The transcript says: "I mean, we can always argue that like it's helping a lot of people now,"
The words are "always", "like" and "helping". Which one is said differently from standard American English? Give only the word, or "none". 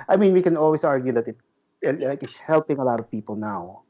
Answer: always